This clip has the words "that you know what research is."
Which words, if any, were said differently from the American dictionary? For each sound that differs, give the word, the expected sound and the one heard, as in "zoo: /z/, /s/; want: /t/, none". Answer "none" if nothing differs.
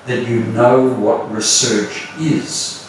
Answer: none